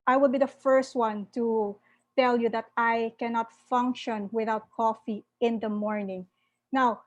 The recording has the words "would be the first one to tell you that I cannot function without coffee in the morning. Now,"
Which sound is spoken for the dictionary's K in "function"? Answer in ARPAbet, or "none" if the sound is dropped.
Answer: K